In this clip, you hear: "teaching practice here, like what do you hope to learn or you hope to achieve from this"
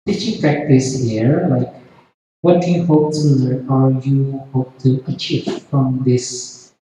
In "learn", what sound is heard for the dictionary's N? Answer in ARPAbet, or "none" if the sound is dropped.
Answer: none